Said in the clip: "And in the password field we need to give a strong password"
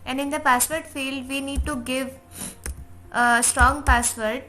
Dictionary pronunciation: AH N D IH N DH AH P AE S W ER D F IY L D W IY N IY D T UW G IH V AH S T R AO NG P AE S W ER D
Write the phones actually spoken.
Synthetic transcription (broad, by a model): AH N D IH N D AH P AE S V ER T F IY L D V IY N IY D T UW G IH V AH S T R AO NG P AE S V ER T